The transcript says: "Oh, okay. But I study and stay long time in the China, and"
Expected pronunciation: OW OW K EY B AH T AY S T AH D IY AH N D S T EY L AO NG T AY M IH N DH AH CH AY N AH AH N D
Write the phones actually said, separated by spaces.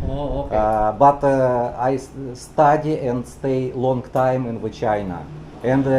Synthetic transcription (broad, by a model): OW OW AO B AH T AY S T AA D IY AH N D S T EY L AO NG T AY M IH N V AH CH AY N AH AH N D